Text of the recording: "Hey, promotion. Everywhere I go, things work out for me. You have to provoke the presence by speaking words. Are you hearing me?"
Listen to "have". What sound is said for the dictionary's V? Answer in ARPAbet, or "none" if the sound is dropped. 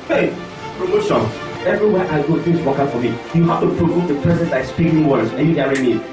F